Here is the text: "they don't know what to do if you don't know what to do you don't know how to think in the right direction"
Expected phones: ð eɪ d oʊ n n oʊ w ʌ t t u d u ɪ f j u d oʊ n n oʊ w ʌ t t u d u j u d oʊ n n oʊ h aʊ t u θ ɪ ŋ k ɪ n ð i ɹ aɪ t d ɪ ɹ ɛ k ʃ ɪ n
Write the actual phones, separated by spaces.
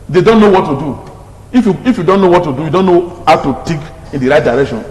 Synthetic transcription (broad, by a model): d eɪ d oʊ n n oʊ w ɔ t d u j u ɪ f j u d oʊ n n oʊ w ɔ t t u d u j u d oʊ n n oʊ h aʊ t u t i k ɪ n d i ɹ aɪ t d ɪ ɹ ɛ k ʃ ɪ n